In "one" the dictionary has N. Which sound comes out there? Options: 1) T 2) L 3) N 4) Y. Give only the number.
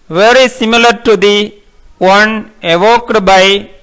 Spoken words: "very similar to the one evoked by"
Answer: 3